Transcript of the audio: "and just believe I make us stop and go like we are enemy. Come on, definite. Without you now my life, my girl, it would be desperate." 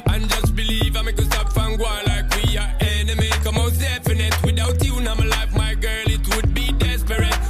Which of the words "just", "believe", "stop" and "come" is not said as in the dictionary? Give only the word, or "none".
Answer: stop